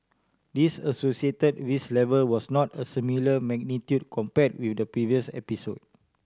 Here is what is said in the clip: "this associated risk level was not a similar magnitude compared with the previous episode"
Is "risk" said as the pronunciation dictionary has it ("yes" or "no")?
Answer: no